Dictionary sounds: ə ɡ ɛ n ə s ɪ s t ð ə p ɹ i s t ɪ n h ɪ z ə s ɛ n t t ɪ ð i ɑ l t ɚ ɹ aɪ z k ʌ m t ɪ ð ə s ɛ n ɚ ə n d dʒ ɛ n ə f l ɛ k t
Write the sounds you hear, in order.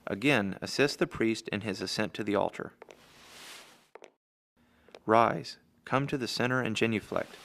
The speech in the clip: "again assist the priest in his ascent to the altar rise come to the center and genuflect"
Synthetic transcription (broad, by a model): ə ɡ ɛ n ə s ɪ s t ð ə p ɹ i s t ɪ n ɪ z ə s ɛ n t t ɪ ð i ɑ l t ɚ ɹ aɪ z k ʌ m t ɪ ð ə s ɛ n ɚ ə n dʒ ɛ n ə f l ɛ k t